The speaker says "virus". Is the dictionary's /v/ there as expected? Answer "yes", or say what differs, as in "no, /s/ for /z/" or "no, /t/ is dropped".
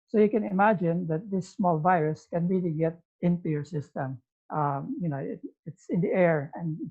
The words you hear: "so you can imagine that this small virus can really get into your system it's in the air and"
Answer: yes